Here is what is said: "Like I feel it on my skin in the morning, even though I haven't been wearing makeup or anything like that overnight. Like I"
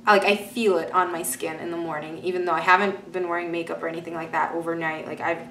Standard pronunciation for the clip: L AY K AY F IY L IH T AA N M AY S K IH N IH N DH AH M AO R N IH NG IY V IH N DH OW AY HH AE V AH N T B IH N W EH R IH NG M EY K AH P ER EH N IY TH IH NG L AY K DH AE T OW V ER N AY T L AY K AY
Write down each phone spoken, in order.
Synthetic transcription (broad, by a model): L AY K AY F IY L IH T N M AY S K IH N IH N DH AH M AO R N IH NG IY V IH N DH OW AY HH AE V AH N T B IH N W EH R IH NG M EY K AH P ER EH N IY TH IH NG L AY K DH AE T OW V ER N AY T L AY K AY